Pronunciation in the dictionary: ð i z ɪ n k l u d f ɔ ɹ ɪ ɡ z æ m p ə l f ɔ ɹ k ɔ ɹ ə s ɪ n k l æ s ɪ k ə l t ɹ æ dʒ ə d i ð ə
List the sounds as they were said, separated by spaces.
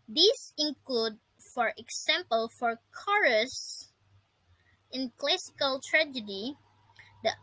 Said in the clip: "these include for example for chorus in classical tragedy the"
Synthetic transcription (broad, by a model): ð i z ɪ n k l u d f ɔ ɹ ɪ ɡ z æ m p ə l f ɔ ɹ k ɔ ɹ ə s ɪ n k l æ s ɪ k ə l t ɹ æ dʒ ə d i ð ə